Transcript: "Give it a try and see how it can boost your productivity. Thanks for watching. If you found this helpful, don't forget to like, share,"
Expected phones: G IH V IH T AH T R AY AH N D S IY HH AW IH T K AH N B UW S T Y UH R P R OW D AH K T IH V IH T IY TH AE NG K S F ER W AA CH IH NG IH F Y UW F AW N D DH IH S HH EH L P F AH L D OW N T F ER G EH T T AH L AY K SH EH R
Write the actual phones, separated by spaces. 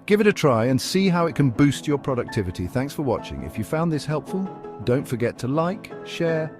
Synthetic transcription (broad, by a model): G IH V IH T AH T R AY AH N S IY HH AW IH T K AH N B UW S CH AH R P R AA D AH K T IH V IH T IY TH AE NG K S F ER W AA CH IH NG IH F Y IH F AW N DH IH S HH EH L P F AH L D OW N T F ER G EH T T AH L AY K SH EH R